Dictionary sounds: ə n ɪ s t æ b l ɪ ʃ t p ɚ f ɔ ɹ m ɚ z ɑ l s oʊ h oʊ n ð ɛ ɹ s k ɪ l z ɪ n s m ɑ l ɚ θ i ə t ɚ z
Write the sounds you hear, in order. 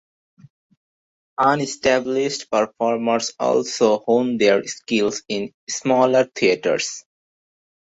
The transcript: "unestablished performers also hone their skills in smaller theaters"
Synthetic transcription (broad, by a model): ə n ɪ s t æ b l ɪ ʃ t p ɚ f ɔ ɹ m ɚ s ɑ l s oʊ h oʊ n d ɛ ɹ s k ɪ l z ɪ n s m ɑ l ɚ t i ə t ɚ s